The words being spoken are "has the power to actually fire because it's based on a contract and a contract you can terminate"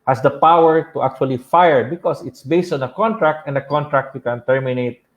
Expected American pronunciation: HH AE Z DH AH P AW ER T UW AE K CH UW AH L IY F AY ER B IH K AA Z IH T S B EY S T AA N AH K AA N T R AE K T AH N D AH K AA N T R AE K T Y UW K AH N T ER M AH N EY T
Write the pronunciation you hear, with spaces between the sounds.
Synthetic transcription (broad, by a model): HH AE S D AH P AW ER T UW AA K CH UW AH L IY F AY ER B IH K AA S IH T S B EY S T AA N AH K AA N T R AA K T AH N D AH K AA N T R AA K T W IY K AH N T ER M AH N EY T